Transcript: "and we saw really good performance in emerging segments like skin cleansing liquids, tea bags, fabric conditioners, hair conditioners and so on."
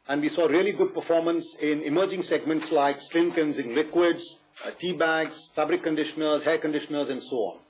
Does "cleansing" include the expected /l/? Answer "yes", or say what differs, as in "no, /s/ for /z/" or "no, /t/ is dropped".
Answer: no, /l/ is dropped